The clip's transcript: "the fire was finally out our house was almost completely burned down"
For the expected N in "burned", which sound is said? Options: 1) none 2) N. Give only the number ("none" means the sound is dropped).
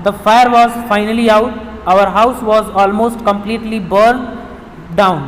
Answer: 1